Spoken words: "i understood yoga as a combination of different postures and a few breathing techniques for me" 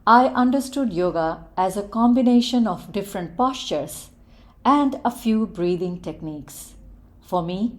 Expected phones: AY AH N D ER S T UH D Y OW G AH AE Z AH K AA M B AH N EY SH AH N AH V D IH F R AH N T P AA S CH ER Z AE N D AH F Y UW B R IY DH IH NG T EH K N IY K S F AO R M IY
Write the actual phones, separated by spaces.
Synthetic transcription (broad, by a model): AY AH N D ER S T UH D Y OW G AH AE Z AH K AA M B AH N EY SH AH N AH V D IH F R AH N T P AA S CH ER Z AE N D AH F Y UW B R IY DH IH NG T EH K N IY K S F AO R M IY